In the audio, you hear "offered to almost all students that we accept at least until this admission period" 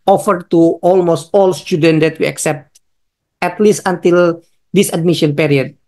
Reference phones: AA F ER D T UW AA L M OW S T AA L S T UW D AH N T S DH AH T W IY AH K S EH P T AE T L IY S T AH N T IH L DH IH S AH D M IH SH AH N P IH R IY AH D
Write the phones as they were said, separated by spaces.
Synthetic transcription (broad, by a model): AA F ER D T UW AA L M OW S T AA L S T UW D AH N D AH T W IY AH K S EH P T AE T L IY S T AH N T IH L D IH S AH D M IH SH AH N P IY R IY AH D